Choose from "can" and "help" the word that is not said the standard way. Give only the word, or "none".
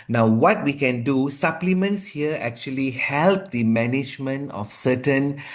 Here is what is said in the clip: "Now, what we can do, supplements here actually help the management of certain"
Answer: none